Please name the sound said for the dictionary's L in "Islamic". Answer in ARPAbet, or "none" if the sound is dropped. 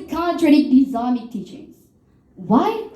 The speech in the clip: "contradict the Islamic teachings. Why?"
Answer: none